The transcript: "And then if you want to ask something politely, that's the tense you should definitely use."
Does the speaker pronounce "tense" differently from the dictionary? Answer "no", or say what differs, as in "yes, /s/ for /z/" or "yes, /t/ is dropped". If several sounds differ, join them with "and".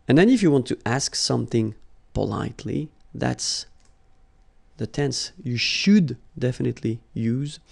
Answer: no